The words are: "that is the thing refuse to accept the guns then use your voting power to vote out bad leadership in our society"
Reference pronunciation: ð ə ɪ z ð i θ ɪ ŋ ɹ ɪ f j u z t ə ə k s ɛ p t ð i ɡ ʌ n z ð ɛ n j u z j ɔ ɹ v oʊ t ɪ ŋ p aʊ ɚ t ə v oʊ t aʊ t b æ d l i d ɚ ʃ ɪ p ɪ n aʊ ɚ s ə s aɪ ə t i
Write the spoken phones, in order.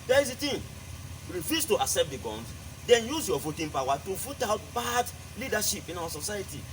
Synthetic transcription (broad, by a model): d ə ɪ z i t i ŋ ɹ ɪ f j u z t ə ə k s ɛ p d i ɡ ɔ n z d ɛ n j u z j ɔ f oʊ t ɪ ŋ p aʊ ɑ t ə f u t aʊ t b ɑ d l i d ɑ ʃ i p ɪ n aʊ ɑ s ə s aɪ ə t i